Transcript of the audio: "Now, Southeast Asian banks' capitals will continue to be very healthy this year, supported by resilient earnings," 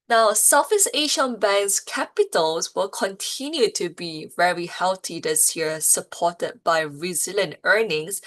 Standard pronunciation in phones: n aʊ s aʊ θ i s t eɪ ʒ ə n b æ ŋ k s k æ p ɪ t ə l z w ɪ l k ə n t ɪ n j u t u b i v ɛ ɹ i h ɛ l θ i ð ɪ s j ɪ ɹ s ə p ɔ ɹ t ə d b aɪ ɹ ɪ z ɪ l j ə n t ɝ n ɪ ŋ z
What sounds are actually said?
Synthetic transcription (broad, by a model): n aʊ s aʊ f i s eɪ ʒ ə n b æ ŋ s k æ p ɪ t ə l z w ɪ l k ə n t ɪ n j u t u b i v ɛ ɹ i h ɛ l t i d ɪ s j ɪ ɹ s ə p ɔ t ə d b aɪ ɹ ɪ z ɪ l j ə n t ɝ n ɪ ŋ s